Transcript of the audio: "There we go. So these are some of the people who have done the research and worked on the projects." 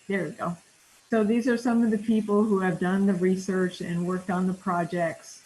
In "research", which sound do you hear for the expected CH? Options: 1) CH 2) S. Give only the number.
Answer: 1